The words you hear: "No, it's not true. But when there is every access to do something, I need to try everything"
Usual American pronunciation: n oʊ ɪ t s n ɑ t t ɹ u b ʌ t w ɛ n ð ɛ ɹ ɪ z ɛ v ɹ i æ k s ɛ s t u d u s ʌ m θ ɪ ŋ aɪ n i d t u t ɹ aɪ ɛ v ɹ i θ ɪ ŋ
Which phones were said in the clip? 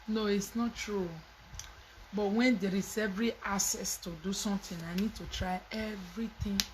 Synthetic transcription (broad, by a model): n oʊ ɪ t s n ɑ t t ɹ u b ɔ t w ɛ n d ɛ ɹ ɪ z ɛ v ɹ i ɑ s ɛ s t u d u s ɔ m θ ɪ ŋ aɪ n i d t u t ɹ aɪ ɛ v ɹ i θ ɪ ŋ